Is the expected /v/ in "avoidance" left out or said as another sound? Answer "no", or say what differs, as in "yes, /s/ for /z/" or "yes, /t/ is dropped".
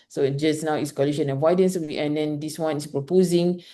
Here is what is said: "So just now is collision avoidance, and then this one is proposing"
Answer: yes, /w/ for /v/